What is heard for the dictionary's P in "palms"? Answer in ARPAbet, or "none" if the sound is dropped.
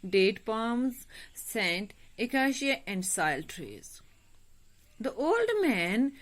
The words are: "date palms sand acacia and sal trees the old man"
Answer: P